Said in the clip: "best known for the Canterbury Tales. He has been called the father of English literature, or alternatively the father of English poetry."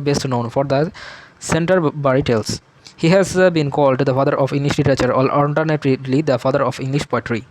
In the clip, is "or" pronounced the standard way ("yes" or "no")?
no